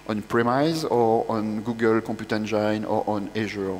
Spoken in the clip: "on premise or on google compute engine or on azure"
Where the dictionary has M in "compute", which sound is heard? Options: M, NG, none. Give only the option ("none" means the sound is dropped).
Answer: none